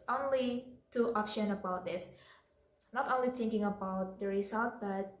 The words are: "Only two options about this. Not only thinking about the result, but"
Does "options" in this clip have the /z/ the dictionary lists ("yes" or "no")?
no